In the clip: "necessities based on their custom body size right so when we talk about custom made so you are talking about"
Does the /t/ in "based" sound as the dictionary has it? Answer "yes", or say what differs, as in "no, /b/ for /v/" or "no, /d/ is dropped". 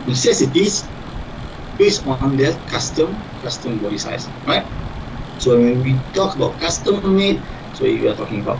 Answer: no, /t/ is dropped